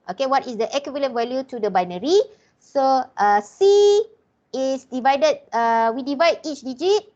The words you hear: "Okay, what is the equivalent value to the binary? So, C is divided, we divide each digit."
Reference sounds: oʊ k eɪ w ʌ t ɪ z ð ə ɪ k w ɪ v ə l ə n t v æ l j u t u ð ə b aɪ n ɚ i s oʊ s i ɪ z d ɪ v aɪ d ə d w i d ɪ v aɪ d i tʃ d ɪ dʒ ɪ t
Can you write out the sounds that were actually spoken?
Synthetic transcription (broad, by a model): oʊ k eɪ w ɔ t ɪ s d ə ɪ k w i v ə l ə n v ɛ l j u t u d ə b aɪ n ɚ i s oʊ s i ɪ s d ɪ v aɪ d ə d w i d ɪ v aɪ d i tʃ d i dʒ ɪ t